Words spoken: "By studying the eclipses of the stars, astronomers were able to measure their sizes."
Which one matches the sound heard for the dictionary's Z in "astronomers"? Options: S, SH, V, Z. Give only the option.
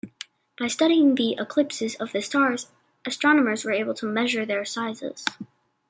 Z